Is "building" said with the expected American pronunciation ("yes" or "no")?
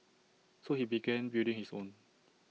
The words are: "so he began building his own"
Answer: no